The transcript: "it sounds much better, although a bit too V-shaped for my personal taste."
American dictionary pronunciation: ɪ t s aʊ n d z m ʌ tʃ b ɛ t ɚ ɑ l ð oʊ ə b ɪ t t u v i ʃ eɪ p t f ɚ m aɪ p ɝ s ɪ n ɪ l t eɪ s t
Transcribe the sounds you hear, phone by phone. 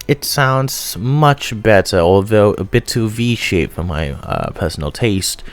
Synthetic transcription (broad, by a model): ɪ t s aʊ n d z m ʌ tʃ b ɛ t ɚ ɑ l ð oʊ ə b ɪ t t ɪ v i ʃ eɪ t f ɚ m aɪ p ɝ s n l t eɪ s t